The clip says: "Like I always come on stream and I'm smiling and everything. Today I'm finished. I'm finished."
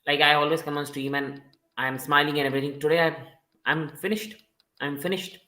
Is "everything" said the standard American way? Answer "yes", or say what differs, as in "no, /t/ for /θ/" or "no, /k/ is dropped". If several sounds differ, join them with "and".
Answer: no, /t/ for /θ/